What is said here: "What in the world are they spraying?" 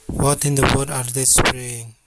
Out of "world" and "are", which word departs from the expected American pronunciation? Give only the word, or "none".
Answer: world